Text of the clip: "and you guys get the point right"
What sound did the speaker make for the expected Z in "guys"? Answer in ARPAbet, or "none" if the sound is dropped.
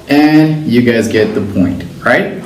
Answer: Z